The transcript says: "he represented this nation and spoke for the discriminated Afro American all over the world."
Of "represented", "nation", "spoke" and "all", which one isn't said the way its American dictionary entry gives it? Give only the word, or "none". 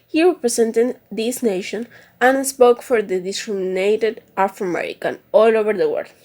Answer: represented